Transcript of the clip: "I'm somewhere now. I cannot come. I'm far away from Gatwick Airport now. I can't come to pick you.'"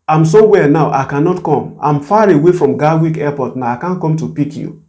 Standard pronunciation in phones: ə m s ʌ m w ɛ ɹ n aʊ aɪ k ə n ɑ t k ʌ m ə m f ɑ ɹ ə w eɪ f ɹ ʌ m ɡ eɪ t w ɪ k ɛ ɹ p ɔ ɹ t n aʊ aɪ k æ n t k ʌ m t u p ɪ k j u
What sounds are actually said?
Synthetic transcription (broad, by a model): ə m s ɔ w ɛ n aʊ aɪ k ə n ɑ t k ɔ m ə m f ɑ ɹ ə w eɪ f ɹ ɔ m ɡ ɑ w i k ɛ p ɔ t n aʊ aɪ k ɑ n k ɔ m t u p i k j u